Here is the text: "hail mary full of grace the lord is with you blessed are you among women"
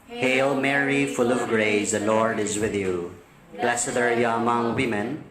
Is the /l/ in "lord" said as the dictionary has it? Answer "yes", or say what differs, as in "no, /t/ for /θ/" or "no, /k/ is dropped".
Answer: yes